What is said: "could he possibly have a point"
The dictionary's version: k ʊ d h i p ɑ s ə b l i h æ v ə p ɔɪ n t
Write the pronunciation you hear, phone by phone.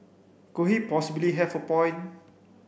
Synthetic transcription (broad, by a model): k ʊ h i p ɑ s ə b l i h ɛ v ə p ɔɪ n